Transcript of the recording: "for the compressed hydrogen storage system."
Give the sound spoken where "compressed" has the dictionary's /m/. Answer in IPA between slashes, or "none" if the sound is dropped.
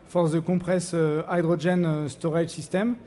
none